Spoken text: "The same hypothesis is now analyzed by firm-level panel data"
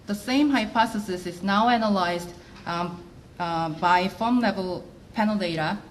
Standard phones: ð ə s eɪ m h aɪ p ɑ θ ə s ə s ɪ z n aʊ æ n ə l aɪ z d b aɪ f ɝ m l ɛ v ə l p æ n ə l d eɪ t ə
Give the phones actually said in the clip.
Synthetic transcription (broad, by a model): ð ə s eɪ m h aɪ p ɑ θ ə s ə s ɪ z n aʊ æ n ə l aɪ z d b aɪ f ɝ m l ɛ v ə l p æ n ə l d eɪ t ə